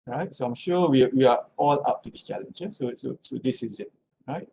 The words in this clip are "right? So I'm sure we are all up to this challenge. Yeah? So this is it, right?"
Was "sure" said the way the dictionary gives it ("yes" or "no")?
no